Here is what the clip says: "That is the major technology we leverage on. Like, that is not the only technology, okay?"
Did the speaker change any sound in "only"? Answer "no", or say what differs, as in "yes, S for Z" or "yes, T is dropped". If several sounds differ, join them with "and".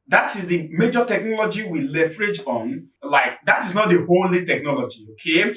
yes, N is dropped